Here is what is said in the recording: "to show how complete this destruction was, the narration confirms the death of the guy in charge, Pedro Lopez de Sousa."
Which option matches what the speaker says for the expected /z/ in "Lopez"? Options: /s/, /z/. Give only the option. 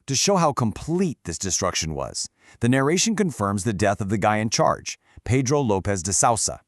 /z/